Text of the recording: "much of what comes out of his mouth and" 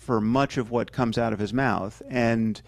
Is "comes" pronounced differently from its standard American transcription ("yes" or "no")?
no